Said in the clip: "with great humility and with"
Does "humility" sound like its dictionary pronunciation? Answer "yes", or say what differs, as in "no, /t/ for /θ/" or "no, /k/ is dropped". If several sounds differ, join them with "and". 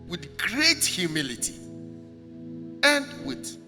yes